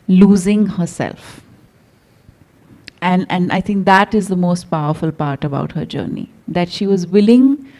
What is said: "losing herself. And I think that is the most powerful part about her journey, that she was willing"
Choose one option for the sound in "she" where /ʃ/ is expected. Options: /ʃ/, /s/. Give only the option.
/ʃ/